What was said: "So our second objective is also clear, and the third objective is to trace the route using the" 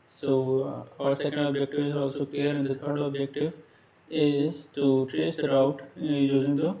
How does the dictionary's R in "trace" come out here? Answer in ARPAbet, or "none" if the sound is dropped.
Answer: none